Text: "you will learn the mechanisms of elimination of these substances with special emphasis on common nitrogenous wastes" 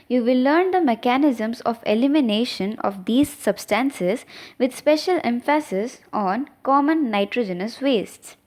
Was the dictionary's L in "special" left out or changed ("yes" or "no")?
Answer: no